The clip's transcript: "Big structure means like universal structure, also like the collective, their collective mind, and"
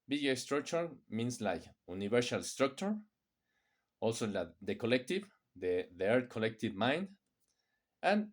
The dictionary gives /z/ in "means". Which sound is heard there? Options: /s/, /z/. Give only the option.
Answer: /s/